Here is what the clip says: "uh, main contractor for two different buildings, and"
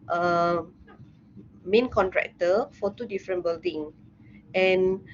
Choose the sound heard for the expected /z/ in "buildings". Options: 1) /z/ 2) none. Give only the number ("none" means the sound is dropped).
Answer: 2